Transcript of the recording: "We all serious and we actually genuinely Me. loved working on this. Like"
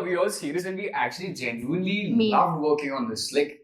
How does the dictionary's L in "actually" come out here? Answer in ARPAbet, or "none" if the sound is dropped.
L